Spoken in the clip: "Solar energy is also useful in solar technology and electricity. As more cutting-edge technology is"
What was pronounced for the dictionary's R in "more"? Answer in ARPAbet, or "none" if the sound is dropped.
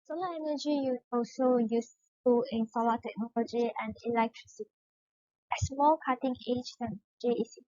L